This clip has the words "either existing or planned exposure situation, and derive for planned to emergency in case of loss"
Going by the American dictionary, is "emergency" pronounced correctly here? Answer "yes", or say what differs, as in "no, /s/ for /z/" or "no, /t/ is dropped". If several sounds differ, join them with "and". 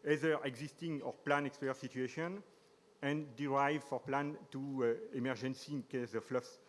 yes